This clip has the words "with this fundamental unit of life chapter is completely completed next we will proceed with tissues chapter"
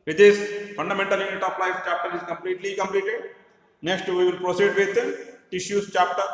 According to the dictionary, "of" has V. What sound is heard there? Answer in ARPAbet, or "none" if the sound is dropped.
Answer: P